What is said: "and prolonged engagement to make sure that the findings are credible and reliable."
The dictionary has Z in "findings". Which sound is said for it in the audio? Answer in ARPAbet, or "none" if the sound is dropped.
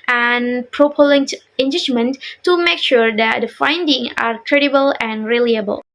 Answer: none